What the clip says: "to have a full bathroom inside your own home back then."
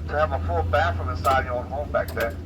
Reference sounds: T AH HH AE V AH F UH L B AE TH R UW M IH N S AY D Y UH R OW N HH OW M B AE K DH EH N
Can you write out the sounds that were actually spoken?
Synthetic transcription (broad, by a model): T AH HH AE V AH F UH L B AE F R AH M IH S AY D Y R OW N HH OW M B AE K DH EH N